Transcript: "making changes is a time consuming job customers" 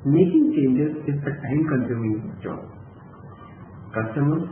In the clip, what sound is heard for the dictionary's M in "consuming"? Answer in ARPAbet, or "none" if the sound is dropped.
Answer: none